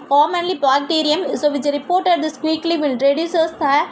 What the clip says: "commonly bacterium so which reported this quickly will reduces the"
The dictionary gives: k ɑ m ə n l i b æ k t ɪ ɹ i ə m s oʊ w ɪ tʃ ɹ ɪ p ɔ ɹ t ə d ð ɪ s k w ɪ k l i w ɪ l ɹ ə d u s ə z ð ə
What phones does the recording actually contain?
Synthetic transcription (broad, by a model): k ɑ m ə n l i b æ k t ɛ ɹ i ə m s oʊ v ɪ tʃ ɹ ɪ p ɔ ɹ t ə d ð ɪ s k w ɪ k l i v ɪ n ɹ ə d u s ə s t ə